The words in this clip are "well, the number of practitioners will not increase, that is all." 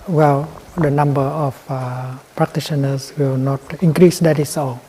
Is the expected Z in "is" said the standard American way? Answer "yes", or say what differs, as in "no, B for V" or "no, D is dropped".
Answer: no, S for Z